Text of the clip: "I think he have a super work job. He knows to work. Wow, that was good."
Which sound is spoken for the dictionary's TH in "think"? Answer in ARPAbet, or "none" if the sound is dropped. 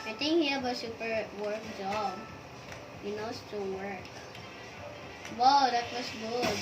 T